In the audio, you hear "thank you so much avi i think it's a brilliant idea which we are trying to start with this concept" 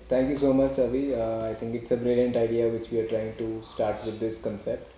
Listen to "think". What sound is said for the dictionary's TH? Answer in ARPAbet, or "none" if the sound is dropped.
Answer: T